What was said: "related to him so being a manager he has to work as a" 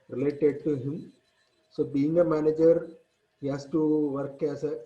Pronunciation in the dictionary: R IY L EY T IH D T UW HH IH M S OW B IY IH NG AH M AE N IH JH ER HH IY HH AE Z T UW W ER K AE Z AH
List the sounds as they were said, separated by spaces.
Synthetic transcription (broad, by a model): R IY L EY T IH D T UW HH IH M S OW B IY IH NG AH M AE N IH JH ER HH IY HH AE S T UW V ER K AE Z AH